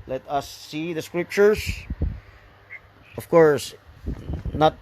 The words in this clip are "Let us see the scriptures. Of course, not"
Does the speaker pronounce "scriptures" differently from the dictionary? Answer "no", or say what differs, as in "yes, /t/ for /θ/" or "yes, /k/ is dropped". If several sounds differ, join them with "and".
yes, /s/ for /z/